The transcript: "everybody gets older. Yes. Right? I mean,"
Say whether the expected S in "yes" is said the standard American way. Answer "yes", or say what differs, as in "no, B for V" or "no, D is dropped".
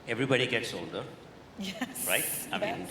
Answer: no, S is dropped